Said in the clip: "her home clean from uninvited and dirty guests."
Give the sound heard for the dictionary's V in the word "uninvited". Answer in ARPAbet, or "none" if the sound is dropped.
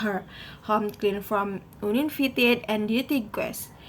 F